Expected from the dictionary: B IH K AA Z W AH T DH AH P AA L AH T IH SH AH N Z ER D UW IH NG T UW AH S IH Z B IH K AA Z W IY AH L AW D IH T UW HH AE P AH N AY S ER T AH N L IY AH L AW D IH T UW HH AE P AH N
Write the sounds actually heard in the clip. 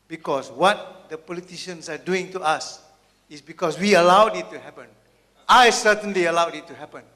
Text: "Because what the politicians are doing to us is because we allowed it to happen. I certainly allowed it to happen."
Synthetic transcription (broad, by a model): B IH K AA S W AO T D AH P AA L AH T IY SH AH N S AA D UW IH NG T UW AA S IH S B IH K AA S W IY AH L AW D IH T UW HH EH P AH N AY S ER T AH N L IY AH L AW D IH T UW HH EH P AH N